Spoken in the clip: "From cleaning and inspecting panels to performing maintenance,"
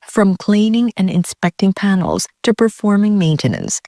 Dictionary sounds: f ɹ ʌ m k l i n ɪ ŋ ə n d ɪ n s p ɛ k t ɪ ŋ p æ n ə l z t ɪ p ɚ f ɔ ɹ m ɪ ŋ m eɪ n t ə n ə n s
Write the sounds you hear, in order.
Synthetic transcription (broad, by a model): f ɹ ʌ m k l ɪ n ɪ ŋ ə n ɪ n s p ɛ k t ɪ ŋ p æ n l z t ɪ p ɚ f ɔ ɹ m ɪ ŋ m eɪ n t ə n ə n s